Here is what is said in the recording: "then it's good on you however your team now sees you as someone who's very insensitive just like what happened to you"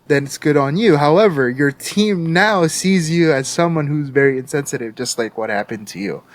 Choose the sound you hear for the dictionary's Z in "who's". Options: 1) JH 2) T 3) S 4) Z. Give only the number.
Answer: 4